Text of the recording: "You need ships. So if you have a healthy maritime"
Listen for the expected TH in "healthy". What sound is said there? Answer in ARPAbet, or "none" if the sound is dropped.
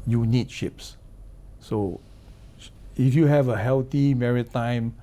T